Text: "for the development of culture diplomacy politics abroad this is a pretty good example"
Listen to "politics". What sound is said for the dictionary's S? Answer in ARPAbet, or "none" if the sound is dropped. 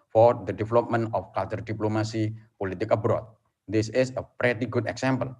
none